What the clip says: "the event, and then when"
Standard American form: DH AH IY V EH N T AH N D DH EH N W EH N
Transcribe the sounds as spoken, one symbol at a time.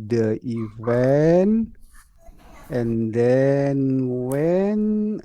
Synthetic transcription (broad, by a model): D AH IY W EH N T AH N D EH N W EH N